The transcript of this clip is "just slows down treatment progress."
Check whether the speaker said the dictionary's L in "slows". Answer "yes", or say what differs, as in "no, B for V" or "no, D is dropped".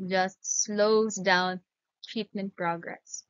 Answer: yes